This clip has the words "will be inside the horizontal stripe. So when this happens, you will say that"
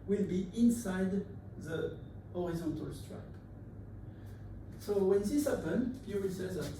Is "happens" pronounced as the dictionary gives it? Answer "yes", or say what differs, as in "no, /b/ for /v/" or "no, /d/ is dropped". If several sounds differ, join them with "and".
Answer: no, /z/ is dropped